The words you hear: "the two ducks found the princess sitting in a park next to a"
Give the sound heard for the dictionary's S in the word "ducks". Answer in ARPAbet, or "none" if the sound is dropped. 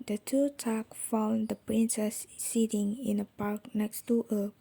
none